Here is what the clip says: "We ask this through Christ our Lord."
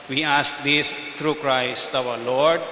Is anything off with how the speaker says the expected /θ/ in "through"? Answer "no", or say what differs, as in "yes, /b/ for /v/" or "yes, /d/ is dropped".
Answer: yes, /t/ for /θ/